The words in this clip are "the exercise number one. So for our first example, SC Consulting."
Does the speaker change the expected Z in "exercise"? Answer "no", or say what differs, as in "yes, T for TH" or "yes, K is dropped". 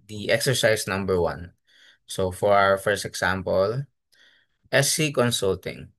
yes, S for Z